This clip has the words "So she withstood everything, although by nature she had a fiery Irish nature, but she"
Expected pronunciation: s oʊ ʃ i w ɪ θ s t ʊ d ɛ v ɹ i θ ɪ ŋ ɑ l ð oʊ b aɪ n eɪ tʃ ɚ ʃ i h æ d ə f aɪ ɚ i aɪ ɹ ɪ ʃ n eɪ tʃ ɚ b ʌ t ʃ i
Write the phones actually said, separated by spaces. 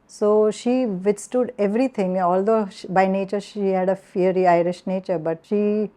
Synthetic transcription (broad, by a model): s oʊ ʃ i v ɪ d s t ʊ d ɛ v ɹ i t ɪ ŋ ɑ l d oʊ b aɪ n eɪ tʃ ɚ ʃ i h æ d ə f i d i aɪ ɹ ɪ ʃ n eɪ tʃ ɚ b ʌ t ʃ i